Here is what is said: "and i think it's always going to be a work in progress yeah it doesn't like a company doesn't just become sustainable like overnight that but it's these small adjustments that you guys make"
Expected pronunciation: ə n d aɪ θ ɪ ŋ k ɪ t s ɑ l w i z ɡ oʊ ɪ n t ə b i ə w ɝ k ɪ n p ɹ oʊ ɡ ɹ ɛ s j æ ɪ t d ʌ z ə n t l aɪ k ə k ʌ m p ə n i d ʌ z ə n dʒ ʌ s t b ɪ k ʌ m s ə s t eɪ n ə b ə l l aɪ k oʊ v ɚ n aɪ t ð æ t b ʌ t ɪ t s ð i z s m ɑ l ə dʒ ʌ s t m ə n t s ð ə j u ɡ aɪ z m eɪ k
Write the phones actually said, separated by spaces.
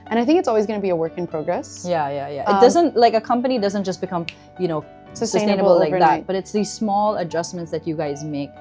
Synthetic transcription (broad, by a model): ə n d aɪ θ ɪ ŋ k ɪ t s ɑ l w i z ɡ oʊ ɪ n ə b i ə w ɝ k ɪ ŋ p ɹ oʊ ɡ ɹ ɛ s j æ ɪ t d ʌ z ə n t l aɪ k ə k ʌ m p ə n i d ʌ z ə n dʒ ʌ s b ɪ k ʌ m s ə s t eɪ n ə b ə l l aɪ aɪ ð æ t b ʌ t ɪ t s ð i z s m ɑ l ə dʒ ʌ s m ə n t s ð ə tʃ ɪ ɡ aɪ z m eɪ k